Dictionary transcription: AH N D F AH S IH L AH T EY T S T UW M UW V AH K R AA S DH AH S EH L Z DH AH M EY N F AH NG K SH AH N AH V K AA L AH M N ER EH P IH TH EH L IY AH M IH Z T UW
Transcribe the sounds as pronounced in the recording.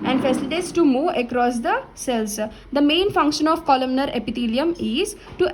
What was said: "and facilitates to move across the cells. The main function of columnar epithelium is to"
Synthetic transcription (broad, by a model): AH N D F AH S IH L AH T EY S T UW M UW AH K R AA S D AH S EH L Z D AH M EY N F AH NG K SH AH N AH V K AA L AH M N ER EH P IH T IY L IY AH M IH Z T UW